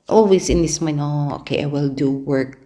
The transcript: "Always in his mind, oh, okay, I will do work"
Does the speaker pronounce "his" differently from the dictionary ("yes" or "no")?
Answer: yes